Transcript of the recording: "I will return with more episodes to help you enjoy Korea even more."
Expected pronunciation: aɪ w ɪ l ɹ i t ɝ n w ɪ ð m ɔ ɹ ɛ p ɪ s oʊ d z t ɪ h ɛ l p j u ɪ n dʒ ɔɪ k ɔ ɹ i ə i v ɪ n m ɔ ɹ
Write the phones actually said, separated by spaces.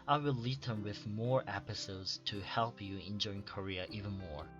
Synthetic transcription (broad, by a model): aɪ w ɪ l l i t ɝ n w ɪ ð m ɔ ɹ ɛ p ɪ s oʊ d z t ɪ h ɛ l p j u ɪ n dʒ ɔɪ k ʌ ɹ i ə i v ɪ n m ɔ ɹ